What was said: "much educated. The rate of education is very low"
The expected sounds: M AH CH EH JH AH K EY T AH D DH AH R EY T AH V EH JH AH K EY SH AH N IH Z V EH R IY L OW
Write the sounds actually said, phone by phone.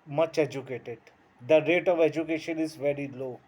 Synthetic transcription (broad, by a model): M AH CH EH JH AH K EY T AH D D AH R EY T AH V EH JH AH K EY SH AH N IH Z V EH R IY L OW